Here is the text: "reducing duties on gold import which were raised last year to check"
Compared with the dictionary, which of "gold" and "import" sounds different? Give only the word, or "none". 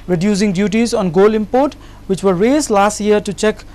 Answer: gold